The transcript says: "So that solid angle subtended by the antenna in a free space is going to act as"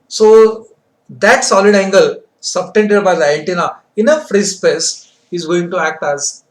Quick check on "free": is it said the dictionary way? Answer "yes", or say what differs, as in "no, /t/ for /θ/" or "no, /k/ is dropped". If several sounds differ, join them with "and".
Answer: yes